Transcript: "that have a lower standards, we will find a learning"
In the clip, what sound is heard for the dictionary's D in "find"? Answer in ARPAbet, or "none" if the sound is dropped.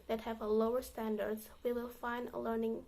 D